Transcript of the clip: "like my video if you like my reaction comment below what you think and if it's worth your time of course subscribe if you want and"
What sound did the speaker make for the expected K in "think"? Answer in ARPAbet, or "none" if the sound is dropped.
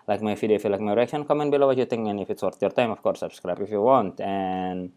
none